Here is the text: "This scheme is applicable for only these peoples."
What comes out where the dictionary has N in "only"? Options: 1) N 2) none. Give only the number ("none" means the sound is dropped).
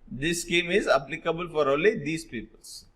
2